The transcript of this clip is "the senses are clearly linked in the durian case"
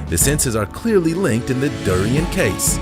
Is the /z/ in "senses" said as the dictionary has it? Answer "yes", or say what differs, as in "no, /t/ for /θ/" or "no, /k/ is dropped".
yes